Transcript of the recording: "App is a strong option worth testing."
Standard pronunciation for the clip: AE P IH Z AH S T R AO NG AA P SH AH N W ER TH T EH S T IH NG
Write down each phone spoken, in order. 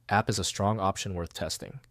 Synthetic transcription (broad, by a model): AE P IH Z AH S T R AO NG AA P SH AH N W ER TH T EH S T IH NG